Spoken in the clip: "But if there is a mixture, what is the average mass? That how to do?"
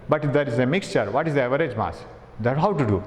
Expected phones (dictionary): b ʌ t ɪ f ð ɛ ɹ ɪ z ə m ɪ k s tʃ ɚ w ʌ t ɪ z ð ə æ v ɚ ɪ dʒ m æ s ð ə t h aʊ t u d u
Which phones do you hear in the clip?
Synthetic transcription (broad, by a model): b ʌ t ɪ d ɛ ɹ ɪ z ə m ɪ k s tʃ ɚ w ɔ t ɪ z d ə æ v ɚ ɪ dʒ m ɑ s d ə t h aʊ t u d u